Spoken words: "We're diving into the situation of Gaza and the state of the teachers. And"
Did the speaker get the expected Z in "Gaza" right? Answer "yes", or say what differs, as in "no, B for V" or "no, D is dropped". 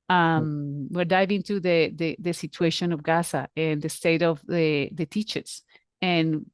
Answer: no, S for Z